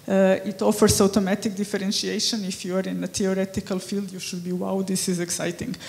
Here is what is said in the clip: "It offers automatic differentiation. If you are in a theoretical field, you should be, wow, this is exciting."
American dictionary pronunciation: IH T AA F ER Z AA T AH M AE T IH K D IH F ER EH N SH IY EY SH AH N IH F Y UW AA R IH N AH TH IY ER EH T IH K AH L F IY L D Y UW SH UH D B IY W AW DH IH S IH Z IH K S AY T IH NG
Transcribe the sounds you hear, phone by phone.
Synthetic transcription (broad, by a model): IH T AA F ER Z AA T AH M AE T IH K D IH F ER EH N SH IY EY SH AH N IH F Y UW AA R IH N AH T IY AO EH T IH K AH L F IY L D Y UW SH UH D B IY W AW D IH S IH Z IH K S AY T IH NG